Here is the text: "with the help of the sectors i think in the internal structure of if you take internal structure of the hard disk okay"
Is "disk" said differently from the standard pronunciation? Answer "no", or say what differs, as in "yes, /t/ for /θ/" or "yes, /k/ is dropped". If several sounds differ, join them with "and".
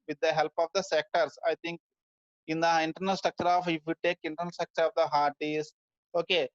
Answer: yes, /k/ is dropped